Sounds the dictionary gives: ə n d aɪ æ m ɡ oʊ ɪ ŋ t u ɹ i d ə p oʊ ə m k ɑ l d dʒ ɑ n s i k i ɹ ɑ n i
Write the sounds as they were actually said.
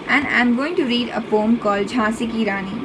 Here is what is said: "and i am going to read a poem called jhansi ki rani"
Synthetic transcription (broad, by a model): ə n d aɪ m ɡ oʊ ɪ ŋ t u ɹ i d ə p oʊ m k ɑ l dʒ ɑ s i k i ɹ ɑ n i